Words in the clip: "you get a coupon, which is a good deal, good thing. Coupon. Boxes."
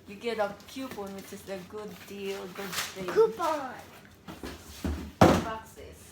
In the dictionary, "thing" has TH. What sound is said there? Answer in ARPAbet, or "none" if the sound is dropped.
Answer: T